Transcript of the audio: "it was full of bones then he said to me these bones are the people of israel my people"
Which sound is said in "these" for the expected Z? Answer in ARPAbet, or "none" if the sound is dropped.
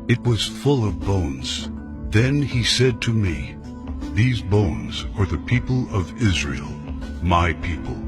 Z